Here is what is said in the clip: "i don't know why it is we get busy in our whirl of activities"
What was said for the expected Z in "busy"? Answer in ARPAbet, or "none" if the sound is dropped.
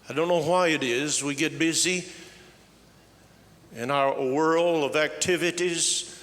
Z